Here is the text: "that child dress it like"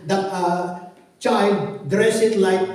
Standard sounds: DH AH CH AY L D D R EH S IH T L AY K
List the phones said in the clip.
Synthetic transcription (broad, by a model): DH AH CH AY L D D R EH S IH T L AY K